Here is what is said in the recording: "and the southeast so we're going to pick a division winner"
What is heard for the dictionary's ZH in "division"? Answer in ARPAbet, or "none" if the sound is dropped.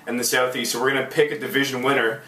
ZH